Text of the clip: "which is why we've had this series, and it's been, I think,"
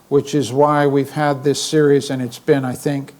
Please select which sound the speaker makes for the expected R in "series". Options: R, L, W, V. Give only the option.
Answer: R